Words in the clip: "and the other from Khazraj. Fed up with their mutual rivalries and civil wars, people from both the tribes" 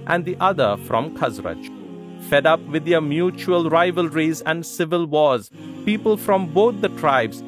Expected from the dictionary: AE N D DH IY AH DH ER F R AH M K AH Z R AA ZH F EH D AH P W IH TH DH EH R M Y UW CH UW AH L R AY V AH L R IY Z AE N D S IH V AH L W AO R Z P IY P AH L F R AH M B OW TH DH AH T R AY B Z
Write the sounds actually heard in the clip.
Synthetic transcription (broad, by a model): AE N D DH IY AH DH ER F R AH M K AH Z R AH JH F EH D AH P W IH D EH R M Y UW CH UW AH L R AY V AH L R IY Z AE N D S IH V AH L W AO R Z P IY P AH L F R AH M B OW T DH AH T R AY B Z